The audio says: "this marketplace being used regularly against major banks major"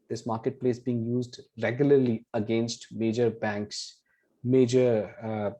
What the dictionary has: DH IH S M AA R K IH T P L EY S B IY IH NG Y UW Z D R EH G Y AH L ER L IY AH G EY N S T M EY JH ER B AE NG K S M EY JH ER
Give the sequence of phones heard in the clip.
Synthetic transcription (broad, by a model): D IH S M AA R K IH T P L EY S B IY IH NG Y UW Z D R EH G Y AH L ER L IY AH G EY N S T M EY JH ER B AE NG K S M EY JH ER